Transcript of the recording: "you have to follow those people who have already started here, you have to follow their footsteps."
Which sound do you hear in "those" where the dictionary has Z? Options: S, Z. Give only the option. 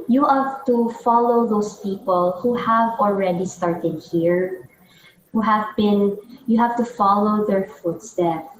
S